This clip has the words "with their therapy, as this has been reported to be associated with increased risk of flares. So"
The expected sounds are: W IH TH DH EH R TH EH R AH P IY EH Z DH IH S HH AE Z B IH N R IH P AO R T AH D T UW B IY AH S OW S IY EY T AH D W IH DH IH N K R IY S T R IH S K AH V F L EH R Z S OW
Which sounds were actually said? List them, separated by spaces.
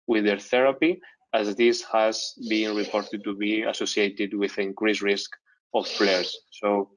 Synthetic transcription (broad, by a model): W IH DH EH R TH EH R AH P IY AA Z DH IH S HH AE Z B IH N R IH P AO R T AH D T UW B IY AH S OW S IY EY T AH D W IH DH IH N K R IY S R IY S K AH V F L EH R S OW